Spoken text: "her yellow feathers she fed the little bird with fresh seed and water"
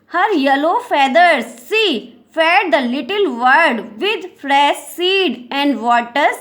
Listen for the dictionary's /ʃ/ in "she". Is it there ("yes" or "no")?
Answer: no